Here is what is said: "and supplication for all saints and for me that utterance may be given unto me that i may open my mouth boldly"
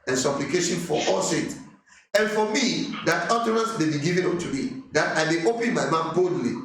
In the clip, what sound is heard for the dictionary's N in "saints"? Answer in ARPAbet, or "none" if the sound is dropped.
none